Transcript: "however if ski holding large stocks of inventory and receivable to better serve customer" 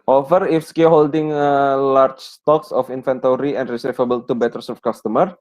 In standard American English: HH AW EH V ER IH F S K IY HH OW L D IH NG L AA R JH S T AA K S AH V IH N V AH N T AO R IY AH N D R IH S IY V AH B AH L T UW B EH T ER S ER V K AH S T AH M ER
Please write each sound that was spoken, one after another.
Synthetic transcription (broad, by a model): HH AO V ER IH F S K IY HH OW L D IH NG L AA R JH S T AA K S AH F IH N F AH N T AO R IY AH N D R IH S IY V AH B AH L T UW B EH T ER S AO F K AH S T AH M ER